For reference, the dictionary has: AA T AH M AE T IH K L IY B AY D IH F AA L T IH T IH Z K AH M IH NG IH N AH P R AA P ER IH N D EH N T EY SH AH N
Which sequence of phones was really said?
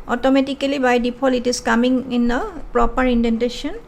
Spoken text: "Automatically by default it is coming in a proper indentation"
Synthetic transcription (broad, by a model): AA T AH M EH T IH K L IY B AY D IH P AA L IH T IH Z K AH M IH NG IH N AH P R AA P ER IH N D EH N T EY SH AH N